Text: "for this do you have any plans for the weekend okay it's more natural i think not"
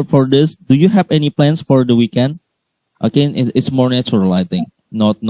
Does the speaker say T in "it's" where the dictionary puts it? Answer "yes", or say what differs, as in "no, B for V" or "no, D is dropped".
yes